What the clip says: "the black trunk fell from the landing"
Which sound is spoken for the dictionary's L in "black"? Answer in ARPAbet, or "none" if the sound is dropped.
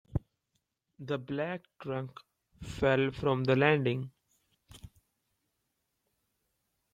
L